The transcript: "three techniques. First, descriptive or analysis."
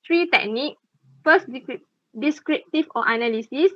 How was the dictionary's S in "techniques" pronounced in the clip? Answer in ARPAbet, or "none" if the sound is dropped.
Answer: none